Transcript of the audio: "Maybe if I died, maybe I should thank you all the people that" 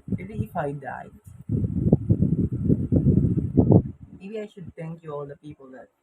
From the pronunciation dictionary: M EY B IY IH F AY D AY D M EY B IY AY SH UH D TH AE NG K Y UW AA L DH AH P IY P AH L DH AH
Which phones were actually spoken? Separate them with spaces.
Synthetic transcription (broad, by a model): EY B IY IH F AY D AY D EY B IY AY SH UH D T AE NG K Y UW AA L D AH P IY P AH L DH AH